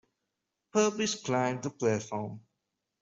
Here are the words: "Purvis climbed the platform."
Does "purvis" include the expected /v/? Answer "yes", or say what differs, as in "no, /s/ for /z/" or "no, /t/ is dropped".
no, /p/ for /v/